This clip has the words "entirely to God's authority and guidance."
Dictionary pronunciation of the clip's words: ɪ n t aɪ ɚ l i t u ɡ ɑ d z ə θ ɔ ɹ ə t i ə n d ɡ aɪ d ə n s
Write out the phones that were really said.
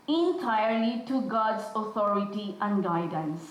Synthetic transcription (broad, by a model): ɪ n t aɪ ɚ l i t u ɡ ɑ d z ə t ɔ ɹ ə t i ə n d ɡ aɪ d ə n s